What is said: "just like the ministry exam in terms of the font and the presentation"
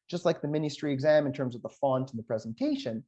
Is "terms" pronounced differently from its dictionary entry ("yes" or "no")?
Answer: no